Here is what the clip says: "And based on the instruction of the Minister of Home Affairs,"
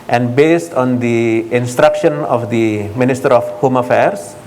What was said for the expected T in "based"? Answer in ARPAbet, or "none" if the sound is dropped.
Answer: T